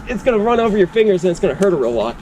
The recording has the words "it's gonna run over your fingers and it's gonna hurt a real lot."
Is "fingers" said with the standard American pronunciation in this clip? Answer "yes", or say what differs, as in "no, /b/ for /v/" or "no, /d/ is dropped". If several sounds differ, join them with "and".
yes